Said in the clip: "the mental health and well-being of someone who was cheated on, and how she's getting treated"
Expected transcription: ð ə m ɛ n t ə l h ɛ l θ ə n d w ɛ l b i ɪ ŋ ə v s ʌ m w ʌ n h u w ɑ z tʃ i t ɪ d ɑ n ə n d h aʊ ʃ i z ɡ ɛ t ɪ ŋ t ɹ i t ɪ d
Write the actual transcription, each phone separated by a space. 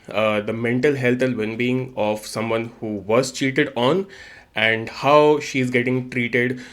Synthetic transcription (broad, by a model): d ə m ɛ n t ə l h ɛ l t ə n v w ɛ n b i ɪ ŋ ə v s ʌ m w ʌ n h u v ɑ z tʃ i t ɪ d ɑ n ə n d h aʊ ʃ i z ɡ ɛ t ɪ ŋ t ɹ i t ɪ d